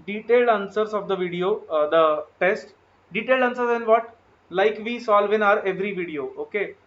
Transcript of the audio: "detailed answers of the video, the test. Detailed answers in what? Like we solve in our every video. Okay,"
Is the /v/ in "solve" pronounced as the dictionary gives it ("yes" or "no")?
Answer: yes